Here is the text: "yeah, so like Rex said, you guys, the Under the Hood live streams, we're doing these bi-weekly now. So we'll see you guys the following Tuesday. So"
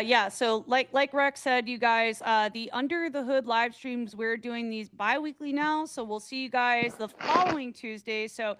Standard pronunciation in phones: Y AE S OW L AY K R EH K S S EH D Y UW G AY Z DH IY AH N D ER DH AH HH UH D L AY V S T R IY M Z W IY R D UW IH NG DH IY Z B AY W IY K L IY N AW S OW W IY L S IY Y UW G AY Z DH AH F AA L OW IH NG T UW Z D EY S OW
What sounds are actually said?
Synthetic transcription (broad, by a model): Y AE S OW L AY K R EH K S S EH D Y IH G AY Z DH IY AH N D ER DH AH HH UH D L AY V S T R IY M Z W IY R D UW IH NG DH IY Z B AY W IY K L IY N AW S OW W IY L S IY Y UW G AY Z DH AH F AA L OW IH NG T UW Z D EY S OW